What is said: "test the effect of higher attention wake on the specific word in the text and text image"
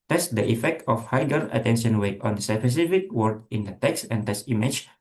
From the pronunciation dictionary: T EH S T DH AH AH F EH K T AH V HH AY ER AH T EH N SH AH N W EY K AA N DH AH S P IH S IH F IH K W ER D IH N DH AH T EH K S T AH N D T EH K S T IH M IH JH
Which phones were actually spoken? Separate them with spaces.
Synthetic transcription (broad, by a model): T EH S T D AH AH F EH K T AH F HH AY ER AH T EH N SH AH N W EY AA N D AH S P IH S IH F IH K W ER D IH N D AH T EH K S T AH N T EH S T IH M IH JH